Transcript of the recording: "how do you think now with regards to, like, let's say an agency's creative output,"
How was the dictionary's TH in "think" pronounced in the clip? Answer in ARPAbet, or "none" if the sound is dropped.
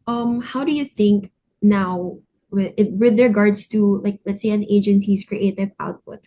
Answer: TH